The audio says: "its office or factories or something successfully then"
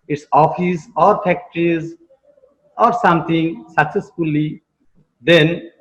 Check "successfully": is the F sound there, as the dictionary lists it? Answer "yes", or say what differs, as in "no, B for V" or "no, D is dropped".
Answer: yes